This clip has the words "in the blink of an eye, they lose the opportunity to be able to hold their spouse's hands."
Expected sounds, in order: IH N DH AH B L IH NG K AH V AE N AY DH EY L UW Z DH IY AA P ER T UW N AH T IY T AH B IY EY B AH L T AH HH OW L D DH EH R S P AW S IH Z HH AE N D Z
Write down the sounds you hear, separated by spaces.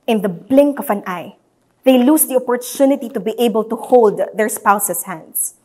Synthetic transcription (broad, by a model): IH N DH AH B L IH NG K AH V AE N AY DH EY L UW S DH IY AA P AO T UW N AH T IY T AH B IY EY B AH L T AH HH OW L D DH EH R S P AW S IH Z HH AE N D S